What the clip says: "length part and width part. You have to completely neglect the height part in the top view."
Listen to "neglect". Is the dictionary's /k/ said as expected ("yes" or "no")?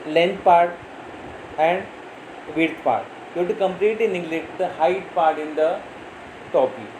no